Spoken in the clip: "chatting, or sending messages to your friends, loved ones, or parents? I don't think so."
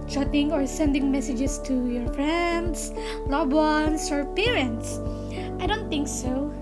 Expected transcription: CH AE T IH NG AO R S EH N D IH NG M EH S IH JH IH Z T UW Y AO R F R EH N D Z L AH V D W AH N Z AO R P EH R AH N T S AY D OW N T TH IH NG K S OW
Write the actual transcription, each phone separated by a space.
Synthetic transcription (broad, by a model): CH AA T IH NG AO R S EH N D IH NG M EH S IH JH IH S T UW Y AO R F R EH N D S L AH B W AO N S AO R P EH R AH N T S AY D OW N T TH IH NG K S OW